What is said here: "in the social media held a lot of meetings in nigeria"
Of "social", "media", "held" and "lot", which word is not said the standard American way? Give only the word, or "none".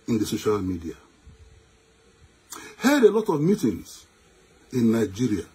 held